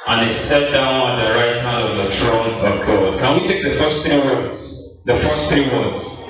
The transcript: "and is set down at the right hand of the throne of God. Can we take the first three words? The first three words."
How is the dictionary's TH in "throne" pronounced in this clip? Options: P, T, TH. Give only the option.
T